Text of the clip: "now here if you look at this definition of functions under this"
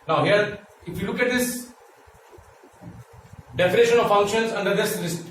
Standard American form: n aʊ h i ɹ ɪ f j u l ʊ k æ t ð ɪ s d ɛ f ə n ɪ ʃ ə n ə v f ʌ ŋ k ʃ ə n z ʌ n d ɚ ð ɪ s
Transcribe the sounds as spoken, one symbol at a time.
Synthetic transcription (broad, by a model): n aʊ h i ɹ ɪ f j u l ʊ k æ t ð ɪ s d ɛ f ə n ɪ ʃ ə n ə v f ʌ ŋ k ʃ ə n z ʌ n d ɚ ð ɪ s